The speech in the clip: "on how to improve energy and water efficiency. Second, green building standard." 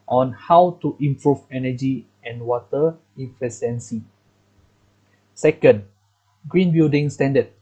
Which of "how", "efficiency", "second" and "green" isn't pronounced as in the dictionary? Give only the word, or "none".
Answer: efficiency